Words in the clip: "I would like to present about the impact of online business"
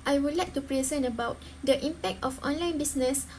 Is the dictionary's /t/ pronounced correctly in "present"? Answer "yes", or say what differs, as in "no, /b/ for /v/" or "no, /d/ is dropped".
no, /t/ is dropped